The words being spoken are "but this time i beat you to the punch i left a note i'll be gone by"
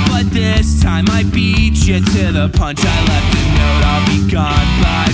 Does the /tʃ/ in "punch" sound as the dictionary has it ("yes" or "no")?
yes